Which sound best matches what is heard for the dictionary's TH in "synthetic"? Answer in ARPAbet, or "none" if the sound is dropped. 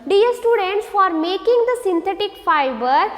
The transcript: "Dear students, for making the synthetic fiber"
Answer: T